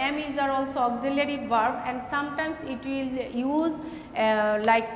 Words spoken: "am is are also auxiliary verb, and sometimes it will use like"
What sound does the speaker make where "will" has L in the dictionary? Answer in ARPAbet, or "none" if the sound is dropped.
L